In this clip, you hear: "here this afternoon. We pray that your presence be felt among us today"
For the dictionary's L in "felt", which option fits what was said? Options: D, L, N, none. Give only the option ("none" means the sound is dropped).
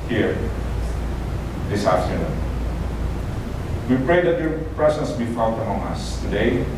none